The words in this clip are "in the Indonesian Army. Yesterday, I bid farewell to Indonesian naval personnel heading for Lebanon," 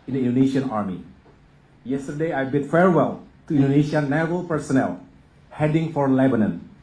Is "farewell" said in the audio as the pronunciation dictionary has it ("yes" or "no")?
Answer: yes